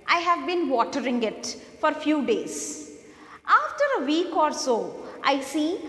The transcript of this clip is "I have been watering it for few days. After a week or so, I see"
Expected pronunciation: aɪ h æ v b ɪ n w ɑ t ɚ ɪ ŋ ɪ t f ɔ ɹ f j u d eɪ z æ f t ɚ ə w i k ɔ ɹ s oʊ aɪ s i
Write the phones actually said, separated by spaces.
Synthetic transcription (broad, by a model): aɪ h æ v b ɪ n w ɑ t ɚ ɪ ŋ ɪ t f ɔ ɹ f j u d eɪ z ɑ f t ɚ ə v i k ɔ ɹ s oʊ aɪ s i